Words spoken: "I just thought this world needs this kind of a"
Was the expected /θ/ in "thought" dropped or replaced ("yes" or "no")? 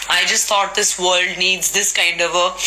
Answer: yes